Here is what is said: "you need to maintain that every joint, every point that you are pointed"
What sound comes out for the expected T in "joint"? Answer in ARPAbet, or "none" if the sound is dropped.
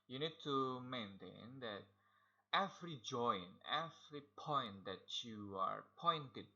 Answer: none